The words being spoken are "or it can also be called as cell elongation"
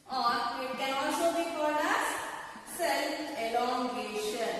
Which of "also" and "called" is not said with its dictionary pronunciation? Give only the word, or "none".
called